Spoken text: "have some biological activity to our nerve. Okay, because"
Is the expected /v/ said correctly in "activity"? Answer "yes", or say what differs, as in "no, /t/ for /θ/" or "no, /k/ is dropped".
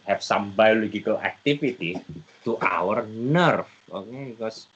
no, /f/ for /v/